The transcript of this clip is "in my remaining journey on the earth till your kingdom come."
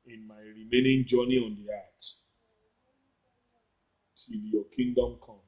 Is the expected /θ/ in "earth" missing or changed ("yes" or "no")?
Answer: yes